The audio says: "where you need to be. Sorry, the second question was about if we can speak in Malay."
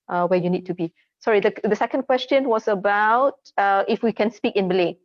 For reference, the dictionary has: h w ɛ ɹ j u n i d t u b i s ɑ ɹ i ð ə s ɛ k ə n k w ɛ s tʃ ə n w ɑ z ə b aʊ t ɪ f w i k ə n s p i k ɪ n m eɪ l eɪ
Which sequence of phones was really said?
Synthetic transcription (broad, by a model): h w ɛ j u n i d t u b i s ɑ ɹ i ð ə s ɛ k ə n k w ɛ s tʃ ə n w ɑ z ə b aʊ t ɪ f w i k ə n s p i k ɪ n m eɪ l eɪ